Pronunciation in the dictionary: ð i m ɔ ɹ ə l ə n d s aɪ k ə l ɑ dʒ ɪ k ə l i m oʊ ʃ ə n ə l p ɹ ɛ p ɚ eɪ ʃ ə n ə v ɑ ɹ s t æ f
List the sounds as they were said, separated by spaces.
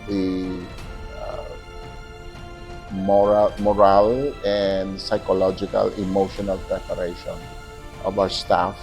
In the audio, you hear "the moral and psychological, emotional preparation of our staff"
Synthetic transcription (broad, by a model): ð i m ɔ ɹ ə l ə n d s aɪ k ə l ɑ dʒ ɪ k ə l i m oʊ ʃ ə n ə l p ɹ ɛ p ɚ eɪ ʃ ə n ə b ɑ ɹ s t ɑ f